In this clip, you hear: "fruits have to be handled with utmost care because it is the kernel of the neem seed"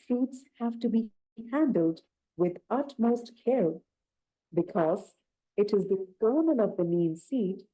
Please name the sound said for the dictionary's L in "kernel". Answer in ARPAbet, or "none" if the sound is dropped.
N